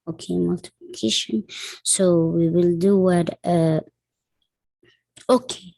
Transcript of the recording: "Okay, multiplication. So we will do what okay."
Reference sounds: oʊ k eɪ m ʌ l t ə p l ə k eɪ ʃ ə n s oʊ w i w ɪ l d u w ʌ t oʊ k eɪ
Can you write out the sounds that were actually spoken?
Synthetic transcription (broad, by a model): oʊ k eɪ m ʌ l t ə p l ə k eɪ ʃ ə n s oʊ w i w ɪ l d u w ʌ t oʊ k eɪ